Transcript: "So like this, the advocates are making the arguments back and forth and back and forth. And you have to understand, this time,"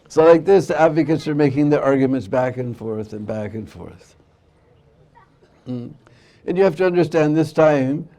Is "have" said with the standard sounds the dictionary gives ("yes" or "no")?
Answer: no